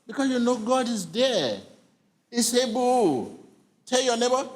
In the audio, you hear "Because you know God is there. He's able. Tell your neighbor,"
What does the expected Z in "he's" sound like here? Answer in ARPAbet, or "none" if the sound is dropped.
S